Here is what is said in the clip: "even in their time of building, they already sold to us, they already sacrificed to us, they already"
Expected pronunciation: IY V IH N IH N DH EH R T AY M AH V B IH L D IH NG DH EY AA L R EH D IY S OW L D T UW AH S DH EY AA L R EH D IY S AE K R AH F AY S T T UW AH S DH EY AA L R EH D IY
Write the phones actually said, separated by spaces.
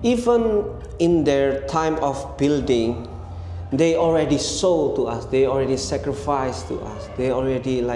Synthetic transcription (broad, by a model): IY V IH N IH N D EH R T AY M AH F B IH L D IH NG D EY AA L R EH D IY S OW T UW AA S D EY AA L R EH D IY S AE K R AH F AY S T T UW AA S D EY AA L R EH D IY